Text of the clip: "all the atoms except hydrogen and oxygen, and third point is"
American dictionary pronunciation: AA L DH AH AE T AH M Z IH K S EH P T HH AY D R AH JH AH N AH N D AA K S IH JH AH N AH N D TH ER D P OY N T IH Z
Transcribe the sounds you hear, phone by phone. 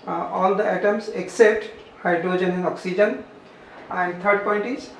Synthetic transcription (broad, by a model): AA L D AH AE T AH M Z IH K S EH P T HH AY D R AH JH AH N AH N AA K S IH JH AH N AH N D T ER D P OY N T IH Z